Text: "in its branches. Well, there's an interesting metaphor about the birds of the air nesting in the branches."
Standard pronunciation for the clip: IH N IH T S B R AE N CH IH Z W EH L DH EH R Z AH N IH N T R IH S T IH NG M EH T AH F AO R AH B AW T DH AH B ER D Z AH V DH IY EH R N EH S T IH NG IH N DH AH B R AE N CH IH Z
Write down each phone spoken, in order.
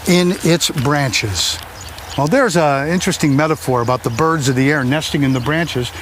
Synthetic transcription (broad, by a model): IH N IH T S B R AE N CH IH Z W EH L DH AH R Z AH IH N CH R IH S T IH NG M EH T AH F AO R AH B AW T DH AH B ER D Z AH V DH IY EH R N EH S T IH NG IH N DH AH B R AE N CH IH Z